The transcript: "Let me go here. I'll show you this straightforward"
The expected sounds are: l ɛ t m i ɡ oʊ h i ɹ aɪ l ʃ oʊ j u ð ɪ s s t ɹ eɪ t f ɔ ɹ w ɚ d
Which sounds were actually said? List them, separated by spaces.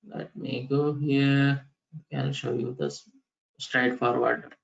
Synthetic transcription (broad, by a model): l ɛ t m i ɡ oʊ h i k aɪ n ʃ oʊ j u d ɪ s s t ɹ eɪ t f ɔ ɹ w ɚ d